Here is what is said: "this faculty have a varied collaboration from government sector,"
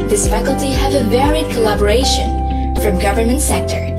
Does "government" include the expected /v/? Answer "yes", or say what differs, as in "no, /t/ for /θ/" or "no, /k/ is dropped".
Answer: yes